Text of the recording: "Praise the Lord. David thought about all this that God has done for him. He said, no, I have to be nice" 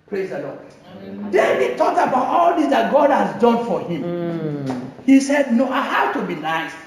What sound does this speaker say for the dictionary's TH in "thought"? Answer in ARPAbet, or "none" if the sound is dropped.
T